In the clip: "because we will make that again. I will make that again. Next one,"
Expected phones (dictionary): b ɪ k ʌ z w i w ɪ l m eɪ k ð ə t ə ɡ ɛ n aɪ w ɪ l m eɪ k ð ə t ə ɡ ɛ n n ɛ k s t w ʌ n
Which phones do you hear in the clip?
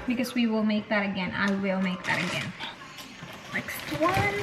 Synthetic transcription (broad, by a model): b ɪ k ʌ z w i w ɪ l m eɪ k ð ə t ə ɡ ɛ n aɪ w ɪ l m eɪ k ð ə t ə ɡ ɛ n l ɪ k s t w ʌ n